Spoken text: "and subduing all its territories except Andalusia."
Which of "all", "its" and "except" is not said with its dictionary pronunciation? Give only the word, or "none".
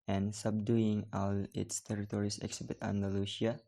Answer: except